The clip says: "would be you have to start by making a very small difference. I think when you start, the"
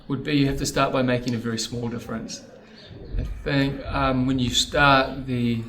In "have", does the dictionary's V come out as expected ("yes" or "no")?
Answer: no